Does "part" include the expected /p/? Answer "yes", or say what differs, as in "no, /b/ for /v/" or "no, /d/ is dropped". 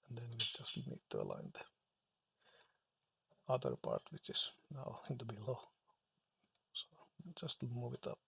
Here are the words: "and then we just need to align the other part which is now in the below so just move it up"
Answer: yes